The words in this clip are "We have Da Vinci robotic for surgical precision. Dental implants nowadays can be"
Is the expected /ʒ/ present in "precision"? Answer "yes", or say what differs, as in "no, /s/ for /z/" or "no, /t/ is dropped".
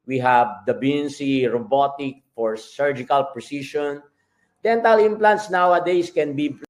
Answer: no, /ʃ/ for /ʒ/